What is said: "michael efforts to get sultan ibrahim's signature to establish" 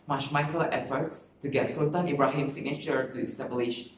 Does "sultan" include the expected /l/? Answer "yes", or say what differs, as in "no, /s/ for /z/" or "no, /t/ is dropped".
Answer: no, /l/ is dropped